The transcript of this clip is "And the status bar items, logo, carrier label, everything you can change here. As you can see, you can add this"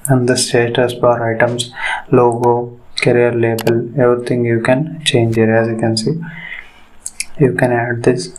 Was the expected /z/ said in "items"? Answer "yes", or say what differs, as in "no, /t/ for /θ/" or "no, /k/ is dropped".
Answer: no, /s/ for /z/